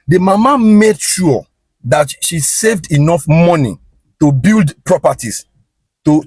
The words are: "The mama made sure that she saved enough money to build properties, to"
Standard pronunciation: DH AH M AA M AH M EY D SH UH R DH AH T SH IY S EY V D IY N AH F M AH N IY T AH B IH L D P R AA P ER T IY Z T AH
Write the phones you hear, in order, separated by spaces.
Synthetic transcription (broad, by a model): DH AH M AA M AH M EY D SH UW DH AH T SH IY S EY V D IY N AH F M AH N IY T AH B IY L D P R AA P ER T IY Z T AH